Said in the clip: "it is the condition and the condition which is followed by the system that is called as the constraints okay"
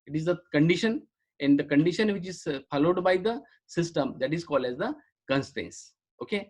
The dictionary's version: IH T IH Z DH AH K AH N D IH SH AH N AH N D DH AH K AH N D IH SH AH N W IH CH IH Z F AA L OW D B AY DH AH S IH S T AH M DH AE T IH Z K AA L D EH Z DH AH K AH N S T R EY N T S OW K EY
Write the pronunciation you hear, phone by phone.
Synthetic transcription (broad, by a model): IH T IH Z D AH K AH N D IH SH AH N AH N D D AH K AH N D IH SH AH N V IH CH IH Z F AA L OW D B AY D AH S IH S T AH M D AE T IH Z K AA L D EH Z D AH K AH N S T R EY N S OW K EY